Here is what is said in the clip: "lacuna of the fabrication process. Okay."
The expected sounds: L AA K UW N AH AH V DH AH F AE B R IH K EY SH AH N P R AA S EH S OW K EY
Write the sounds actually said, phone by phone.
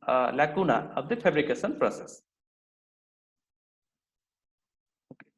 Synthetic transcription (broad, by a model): L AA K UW N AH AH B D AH P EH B R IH K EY S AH N P R AA S EH S